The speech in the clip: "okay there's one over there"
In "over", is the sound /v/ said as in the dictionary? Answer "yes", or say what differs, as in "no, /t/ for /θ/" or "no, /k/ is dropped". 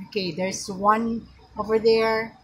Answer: yes